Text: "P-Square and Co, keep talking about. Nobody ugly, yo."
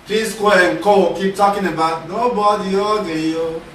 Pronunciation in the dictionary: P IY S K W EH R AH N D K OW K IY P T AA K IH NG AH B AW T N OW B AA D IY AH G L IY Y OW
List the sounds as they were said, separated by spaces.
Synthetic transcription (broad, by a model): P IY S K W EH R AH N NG K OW K IY P T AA K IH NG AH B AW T N OW B AA D IY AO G IY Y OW